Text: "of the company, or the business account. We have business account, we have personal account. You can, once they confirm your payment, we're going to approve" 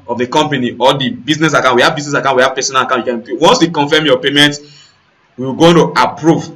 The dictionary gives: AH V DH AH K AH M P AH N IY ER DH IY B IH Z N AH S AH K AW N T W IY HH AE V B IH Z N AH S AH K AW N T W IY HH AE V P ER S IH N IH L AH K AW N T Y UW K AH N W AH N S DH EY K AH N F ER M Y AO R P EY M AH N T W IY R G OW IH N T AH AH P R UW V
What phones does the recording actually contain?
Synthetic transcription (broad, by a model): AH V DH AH K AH M P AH N IY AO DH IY B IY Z N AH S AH K AW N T W IY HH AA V B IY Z N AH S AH K AW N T W IY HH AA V P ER S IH N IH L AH K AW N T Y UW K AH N W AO N S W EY K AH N F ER M Y AO P EY M AH N T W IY W G OW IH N T AH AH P R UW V